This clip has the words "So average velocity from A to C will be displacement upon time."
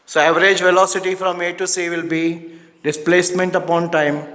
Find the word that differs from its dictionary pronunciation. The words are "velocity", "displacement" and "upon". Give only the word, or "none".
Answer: none